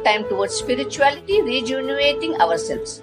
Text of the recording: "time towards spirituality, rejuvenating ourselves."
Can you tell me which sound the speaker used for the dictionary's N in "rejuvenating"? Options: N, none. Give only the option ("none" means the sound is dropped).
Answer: none